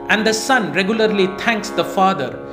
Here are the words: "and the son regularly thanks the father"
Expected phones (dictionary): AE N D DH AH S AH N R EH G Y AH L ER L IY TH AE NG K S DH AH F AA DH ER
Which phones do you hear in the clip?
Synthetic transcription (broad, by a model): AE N D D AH S AH N R EH G Y AH L ER L IY T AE NG K S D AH F AA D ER